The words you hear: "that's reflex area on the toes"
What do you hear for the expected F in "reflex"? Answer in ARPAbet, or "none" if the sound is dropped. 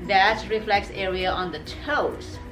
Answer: F